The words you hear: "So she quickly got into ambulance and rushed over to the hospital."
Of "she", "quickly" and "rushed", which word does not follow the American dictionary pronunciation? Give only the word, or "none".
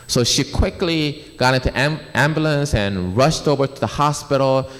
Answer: none